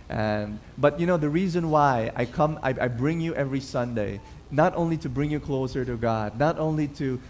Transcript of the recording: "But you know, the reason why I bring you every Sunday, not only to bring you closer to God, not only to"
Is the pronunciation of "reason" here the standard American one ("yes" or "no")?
yes